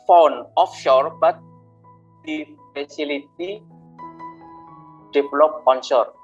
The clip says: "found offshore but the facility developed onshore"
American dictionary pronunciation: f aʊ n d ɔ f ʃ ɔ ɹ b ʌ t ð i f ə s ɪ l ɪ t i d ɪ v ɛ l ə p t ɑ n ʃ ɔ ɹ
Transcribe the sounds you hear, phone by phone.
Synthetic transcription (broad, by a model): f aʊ n ɔ f ʃ ɔ ɹ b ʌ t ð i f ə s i l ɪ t i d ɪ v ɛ l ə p ɑ n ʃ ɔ ɹ